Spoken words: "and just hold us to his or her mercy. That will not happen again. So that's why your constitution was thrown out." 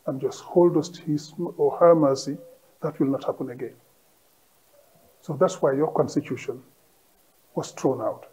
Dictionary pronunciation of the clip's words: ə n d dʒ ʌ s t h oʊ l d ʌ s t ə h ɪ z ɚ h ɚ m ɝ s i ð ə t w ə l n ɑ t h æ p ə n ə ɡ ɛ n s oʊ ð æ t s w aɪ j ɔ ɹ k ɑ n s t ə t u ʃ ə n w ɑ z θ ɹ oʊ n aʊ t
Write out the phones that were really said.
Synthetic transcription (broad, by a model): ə n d dʒ ʌ s t h oʊ l d ʌ s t h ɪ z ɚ h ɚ m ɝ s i ð ə t w ə l n ɑ t h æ p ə n ə ɡ ɛ n s oʊ ð æ t s w aɪ j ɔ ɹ k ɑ n s t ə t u ʃ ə n w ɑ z t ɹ oʊ n aʊ t